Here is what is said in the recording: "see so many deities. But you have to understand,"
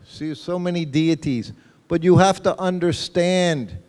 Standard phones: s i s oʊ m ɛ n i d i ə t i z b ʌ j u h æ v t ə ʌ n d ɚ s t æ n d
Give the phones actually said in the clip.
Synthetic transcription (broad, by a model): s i s oʊ m ɛ n i d i ə t i z b ʌ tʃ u h æ f t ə ʌ n d ɚ s t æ n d